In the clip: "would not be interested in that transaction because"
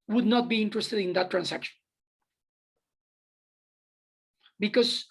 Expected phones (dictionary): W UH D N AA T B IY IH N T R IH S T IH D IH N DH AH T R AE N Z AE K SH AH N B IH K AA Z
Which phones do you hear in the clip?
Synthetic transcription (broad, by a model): W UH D N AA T B IY IH N T R IH S T IH D IH N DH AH T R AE N S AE K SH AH N B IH K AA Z